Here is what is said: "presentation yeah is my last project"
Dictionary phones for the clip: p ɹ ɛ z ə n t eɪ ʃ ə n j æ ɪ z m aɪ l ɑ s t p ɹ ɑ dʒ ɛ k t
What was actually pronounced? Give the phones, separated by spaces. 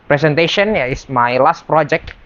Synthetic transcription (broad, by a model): p ɹ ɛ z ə n t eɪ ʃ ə n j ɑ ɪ s m aɪ l ɑ s t p ɹ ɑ dʒ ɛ k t